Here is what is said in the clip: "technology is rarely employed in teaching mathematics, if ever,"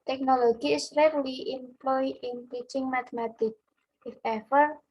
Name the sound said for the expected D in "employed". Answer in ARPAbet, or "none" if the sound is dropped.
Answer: none